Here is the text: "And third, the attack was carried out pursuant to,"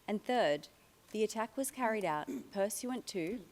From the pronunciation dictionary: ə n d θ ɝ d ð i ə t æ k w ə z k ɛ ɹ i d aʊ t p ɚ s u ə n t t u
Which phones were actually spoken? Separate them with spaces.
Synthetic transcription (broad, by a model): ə n θ ɝ d ð i ə t æ k w ə z k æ ɹ i d aʊ t p ɚ s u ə n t t u